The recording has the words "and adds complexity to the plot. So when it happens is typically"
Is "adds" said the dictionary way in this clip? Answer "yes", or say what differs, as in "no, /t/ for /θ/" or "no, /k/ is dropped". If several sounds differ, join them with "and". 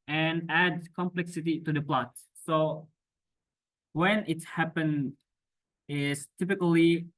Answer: no, /z/ is dropped